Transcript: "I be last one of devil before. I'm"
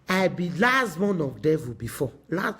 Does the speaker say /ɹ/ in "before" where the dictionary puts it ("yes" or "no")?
no